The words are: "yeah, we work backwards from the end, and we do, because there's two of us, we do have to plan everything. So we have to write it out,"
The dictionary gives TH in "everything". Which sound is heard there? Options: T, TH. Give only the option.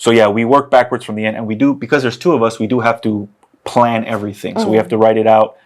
TH